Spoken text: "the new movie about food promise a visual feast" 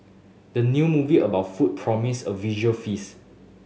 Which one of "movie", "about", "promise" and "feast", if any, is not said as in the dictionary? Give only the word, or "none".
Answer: feast